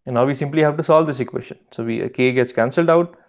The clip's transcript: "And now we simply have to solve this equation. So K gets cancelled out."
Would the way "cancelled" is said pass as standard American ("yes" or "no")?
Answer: yes